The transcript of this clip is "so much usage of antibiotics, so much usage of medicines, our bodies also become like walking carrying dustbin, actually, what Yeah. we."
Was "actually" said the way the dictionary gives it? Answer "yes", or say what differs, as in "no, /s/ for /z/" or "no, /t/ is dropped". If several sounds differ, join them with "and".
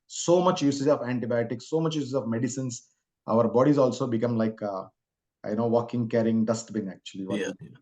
no, /l/ is dropped